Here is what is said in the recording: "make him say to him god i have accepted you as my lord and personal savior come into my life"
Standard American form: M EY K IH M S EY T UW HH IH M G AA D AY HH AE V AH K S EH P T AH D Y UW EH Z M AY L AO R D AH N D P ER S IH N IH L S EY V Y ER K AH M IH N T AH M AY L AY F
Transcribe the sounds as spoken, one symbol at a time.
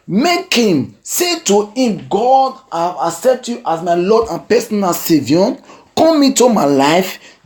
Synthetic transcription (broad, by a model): M EY K IH M S EY T UW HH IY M G AA D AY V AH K S EH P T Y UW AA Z M AY L AO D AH N P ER S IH N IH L S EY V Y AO K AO M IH T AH M AY L AY F